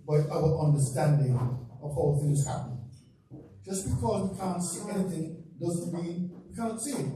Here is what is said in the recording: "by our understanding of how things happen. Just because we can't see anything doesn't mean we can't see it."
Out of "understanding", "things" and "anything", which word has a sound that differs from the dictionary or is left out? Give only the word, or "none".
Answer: none